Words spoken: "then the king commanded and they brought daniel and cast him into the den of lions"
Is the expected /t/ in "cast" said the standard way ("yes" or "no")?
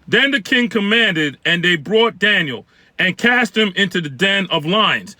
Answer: yes